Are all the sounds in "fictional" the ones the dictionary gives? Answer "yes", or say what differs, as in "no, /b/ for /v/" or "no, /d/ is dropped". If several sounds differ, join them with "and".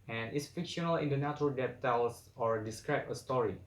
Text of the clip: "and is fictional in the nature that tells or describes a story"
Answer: yes